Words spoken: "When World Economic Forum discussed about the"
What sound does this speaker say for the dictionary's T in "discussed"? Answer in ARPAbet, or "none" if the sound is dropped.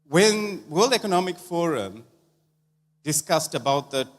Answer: T